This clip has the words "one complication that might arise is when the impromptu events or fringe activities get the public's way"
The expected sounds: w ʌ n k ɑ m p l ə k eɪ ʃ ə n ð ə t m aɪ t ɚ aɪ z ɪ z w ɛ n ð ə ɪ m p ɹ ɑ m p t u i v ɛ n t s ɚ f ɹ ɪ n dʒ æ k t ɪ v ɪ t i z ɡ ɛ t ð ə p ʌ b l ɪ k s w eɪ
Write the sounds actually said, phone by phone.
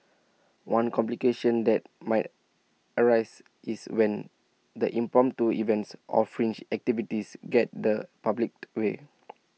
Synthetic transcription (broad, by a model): w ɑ n k ɑ m p l ə k eɪ ʃ ə n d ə t m aɪ t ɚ aɪ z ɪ s w ɛ n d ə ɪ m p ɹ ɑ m t u i v ɛ n t s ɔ f ɹ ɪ n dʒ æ k t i v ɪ t i s ɡ ɛ t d ə p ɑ b l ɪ k w eɪ